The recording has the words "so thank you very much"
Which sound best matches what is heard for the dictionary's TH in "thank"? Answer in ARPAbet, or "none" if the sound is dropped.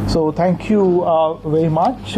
T